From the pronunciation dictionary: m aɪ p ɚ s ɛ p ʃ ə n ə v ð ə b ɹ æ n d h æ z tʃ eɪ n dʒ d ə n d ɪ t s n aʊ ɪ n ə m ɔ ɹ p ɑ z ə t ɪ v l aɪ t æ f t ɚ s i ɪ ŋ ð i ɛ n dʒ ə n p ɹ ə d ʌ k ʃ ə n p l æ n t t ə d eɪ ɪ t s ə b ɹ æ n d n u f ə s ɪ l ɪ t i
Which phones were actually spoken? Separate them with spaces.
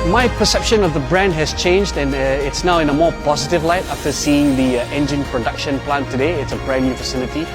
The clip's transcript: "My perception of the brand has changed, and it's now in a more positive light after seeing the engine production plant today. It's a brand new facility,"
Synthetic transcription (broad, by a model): m aɪ p ɚ s ɛ p ʃ ə n ə v ð ə b ɹ æ n d h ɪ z tʃ eɪ n dʒ d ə n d ɪ t s n aʊ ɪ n ə m ɔ ɹ p ɑ z ə t ɪ v l aɪ t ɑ f t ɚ s i ɪ ŋ ð i ɛ n dʒ ə n p ɹ ə d ʌ k ʃ ə n p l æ n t t ə d eɪ ɪ t s ə b ɹ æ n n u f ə s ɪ l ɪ t i